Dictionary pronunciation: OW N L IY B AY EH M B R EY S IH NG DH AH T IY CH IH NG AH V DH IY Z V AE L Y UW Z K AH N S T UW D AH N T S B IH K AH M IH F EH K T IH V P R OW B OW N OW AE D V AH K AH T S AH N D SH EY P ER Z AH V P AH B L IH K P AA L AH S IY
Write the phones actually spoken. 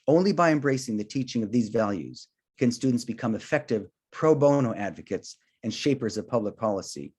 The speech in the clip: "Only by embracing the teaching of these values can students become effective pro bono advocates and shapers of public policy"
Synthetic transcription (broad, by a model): OW N L IY B AY EH M B R EY S IH NG DH AH T IY CH IH NG AH V DH IY Z V AE L Y UW Z K AH N S T UW D N T S B IH K AH M IH F EH K T IH V P R OW B OW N OW AE D V AH K AH T S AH N SH EY P ER Z AH V P AH B L IH K P AA L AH S IY